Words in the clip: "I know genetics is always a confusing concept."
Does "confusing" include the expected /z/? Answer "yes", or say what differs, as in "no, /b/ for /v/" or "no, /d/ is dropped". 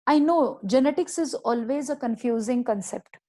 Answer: yes